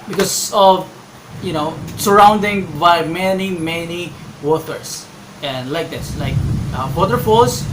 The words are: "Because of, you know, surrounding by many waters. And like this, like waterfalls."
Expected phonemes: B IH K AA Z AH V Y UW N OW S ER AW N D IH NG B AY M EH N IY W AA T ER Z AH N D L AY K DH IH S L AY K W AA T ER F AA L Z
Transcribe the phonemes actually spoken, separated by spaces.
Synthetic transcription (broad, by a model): B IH K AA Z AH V Y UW N OW S ER AW N D IH NG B AY M EH N IY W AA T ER S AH N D L AY K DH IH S L AY K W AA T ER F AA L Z